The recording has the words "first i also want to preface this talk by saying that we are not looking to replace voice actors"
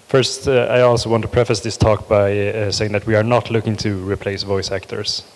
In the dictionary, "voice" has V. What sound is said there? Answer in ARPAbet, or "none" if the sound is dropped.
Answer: V